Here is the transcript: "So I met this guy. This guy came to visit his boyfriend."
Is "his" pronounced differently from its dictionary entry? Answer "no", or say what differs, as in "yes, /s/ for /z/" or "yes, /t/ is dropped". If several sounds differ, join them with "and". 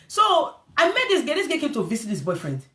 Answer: yes, /s/ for /z/